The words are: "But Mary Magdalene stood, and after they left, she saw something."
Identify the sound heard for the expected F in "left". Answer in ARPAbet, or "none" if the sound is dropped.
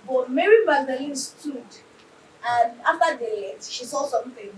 none